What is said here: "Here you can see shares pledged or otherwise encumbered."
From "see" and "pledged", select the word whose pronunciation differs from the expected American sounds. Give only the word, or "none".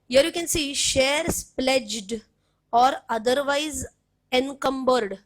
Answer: none